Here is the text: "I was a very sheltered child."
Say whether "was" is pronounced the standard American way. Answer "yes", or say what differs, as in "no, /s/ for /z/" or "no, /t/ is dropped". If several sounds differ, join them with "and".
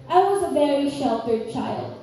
yes